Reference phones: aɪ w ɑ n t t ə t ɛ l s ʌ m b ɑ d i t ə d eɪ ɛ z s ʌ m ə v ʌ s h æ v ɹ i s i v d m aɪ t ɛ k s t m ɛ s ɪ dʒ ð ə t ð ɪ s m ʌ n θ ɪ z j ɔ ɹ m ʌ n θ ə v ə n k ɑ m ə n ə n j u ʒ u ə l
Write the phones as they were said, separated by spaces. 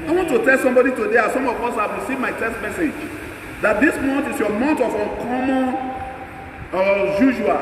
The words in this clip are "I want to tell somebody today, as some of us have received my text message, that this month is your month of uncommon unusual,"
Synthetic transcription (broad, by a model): aɪ w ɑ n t t ə t ɛ l s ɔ m b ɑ d i t ə d eɪ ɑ s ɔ m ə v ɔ s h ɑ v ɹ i s i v m aɪ t ɛ s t m ɛ s ɪ dʒ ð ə t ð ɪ s m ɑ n t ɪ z j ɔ m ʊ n t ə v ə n k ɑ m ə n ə j u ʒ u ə l